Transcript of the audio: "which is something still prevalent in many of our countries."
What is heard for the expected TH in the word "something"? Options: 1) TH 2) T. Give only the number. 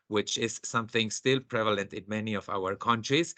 1